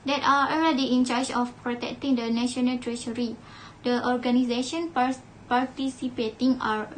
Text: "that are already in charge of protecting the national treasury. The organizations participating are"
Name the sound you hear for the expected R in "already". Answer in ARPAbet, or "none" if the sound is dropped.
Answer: L